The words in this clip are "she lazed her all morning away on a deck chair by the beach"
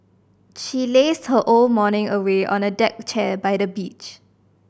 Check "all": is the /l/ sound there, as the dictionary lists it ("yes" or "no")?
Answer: yes